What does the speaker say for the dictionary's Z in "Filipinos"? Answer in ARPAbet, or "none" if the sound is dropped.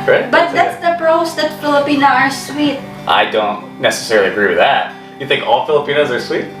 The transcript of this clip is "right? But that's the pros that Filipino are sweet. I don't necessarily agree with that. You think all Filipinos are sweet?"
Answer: Z